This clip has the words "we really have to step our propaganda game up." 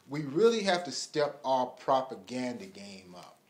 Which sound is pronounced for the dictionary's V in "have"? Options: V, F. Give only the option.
F